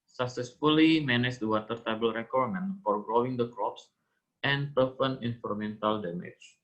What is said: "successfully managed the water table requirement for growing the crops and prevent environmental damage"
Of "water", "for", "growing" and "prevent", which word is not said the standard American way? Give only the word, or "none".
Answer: prevent